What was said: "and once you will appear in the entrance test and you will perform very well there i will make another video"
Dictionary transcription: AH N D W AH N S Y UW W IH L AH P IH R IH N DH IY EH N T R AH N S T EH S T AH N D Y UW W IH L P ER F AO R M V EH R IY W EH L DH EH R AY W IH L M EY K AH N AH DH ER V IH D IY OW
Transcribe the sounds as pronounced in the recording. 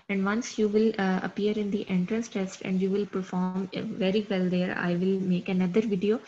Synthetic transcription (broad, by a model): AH N D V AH N S Y UW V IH L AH P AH R IH N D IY EH N T R AH N S T EH S T AH N D Y UW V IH L P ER F AO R M V EH R IY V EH L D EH R AY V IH L M EY K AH N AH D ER V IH D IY OW